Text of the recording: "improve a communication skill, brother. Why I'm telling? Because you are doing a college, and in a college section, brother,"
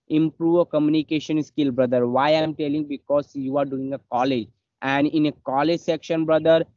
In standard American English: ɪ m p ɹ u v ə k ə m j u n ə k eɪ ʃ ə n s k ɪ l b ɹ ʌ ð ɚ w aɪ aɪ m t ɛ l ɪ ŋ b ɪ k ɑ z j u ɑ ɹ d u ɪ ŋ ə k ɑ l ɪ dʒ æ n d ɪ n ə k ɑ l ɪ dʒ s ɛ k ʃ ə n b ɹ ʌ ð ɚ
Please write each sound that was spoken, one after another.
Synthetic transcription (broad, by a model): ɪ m p ɹ u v ə k ə m j u n ə k eɪ ʃ ə n s k ɪ l b ɹ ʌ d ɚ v aɪ aɪ m t ɛ l ɪ ŋ b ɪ k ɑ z j u ɑ ɹ d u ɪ ŋ ə k ɑ l ɪ dʒ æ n d ɪ n ə k ɑ l ɪ dʒ s ɛ k ʃ ə n b ɹ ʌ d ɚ